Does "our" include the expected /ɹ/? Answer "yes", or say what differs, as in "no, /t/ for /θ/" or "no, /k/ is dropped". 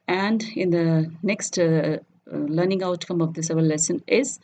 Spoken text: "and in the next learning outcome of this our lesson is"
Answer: no, /l/ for /ɹ/